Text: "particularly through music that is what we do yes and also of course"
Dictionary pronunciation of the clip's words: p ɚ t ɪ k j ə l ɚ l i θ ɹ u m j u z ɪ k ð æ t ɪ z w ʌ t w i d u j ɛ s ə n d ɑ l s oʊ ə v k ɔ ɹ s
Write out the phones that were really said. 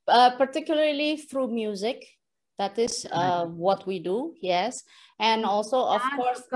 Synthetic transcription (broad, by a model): p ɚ t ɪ k j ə l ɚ l i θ ɹ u m j u z ɪ k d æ t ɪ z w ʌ t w i d u j ɛ s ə n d ɑ l s oʊ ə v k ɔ ɹ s